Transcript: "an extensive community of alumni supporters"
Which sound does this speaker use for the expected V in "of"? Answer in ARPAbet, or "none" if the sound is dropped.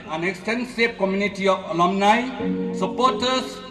P